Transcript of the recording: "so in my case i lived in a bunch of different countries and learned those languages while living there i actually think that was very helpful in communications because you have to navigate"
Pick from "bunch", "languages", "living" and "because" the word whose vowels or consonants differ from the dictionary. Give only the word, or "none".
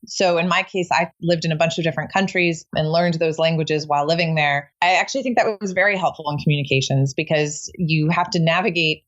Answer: none